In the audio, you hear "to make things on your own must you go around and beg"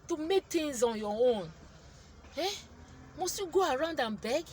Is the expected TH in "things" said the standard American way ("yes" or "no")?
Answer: no